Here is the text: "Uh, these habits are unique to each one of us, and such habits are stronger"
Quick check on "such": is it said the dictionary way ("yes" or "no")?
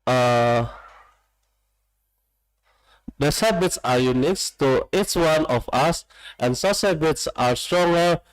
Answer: no